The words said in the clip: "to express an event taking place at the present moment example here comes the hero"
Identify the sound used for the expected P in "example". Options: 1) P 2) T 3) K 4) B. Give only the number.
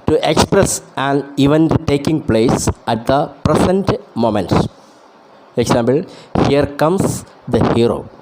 4